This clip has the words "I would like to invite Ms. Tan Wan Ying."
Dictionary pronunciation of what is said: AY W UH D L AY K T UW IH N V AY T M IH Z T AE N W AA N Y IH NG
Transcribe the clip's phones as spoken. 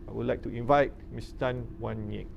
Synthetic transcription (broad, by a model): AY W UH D L AY K T UW IH N V AY T M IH S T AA N W AA N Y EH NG